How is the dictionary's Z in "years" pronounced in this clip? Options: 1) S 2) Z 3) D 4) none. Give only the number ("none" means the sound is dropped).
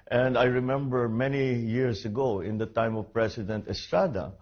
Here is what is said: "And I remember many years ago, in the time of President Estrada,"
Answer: 1